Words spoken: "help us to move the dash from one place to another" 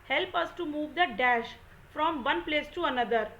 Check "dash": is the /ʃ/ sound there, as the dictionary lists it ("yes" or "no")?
yes